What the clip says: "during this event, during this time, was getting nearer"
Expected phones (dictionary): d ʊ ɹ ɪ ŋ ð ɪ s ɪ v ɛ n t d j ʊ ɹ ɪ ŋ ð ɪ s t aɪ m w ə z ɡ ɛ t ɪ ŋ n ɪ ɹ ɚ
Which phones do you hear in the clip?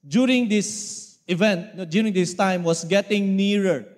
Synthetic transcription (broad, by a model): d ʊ ɹ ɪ ŋ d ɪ s ɪ v ɛ n t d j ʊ ɹ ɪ ŋ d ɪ s t aɪ m w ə s ɡ ɛ t ɪ ŋ n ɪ ɹ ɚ